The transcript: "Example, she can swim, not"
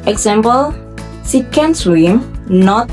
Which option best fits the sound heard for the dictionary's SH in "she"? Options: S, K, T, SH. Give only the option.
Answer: S